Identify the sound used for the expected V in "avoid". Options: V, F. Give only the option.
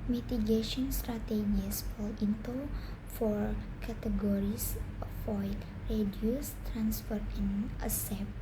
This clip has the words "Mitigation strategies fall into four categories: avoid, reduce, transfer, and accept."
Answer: F